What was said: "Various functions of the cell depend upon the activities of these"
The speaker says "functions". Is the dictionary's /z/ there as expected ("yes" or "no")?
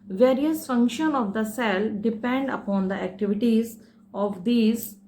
no